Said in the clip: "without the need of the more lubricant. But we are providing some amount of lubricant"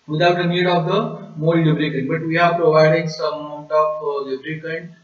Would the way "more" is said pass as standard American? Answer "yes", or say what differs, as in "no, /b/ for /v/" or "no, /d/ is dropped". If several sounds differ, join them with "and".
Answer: no, /l/ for /ɹ/